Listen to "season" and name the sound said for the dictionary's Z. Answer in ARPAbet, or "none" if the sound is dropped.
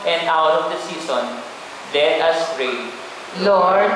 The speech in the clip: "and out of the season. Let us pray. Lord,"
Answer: S